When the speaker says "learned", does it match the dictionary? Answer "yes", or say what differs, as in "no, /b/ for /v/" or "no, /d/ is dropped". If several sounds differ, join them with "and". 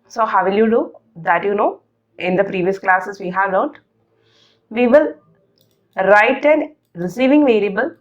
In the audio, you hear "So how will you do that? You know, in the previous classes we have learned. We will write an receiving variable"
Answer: no, /n/ is dropped